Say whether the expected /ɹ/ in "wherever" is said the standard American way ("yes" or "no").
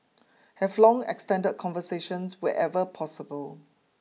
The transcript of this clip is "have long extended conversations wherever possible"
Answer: no